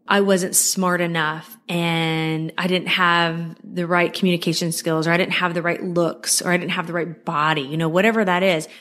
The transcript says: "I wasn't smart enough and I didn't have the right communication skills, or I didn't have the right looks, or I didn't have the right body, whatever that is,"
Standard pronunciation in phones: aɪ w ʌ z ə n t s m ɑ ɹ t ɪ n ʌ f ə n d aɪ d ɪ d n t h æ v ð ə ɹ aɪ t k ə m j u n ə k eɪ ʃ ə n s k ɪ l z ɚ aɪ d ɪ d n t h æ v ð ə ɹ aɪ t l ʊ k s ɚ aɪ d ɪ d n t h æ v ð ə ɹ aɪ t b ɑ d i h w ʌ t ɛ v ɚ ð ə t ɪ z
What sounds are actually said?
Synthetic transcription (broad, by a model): aɪ w ʌ z ə n t s m ɑ ɹ t ɪ n ʌ f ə n aɪ d ɪ d n t h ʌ v ð ə ɹ aɪ t k m j u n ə k eɪ ʃ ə n s k ɪ l z ɚ aɪ d ɪ d n t h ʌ v ð ə ɹ aɪ t l ʊ k s ɚ aɪ d ɪ d n t h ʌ v ð ə ɹ aɪ t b ɑ d i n w ʌ t ɛ v ɚ ð ə t ɪ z